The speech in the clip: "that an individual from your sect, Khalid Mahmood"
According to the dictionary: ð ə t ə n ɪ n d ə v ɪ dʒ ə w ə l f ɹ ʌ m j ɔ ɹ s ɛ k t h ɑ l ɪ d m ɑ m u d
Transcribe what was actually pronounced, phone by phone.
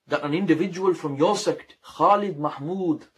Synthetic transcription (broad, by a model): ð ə t ə n ɪ n d ə v ɪ dʒ ə w ə l f ɹ ʌ m j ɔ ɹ s ɛ k t h ɑ l ɪ d m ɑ m u d